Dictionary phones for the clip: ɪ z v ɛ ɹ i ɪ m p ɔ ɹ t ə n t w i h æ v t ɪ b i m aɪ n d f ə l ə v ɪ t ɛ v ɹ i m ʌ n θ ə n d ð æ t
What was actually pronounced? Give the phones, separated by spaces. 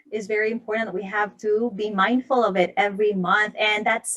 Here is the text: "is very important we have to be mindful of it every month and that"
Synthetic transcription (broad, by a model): ɪ z v ɛ ɹ i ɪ m p ɔ ɹ t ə t w i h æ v t ɪ b i m aɪ n d f ə l ə v ɪ t ɛ v ɹ i m ʌ n θ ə n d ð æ t